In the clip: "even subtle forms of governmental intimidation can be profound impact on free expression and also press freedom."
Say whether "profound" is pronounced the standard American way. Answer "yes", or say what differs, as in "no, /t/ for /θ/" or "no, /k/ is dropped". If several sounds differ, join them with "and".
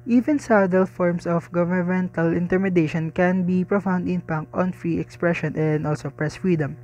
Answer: yes